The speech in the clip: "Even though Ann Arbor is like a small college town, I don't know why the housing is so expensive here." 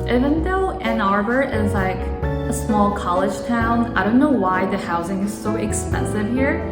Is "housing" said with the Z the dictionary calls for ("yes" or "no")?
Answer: yes